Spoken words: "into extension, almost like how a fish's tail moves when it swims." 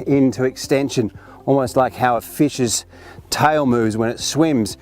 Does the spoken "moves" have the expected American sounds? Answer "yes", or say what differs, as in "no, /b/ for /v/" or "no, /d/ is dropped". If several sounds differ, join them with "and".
yes